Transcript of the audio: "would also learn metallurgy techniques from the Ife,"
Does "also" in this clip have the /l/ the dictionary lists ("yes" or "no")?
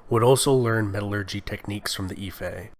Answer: yes